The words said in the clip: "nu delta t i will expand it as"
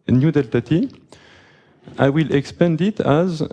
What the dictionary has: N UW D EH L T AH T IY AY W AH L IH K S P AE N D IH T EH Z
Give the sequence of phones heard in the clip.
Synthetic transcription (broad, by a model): N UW D EH L T AH T IY AY W AH L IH K S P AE N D IH T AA Z